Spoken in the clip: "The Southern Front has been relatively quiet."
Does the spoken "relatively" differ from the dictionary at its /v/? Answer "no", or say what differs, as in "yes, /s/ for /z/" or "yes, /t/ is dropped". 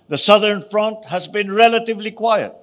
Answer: no